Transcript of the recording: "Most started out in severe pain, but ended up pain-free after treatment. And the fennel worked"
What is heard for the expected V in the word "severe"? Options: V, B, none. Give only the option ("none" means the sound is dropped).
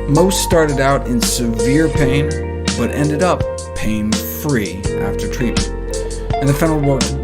V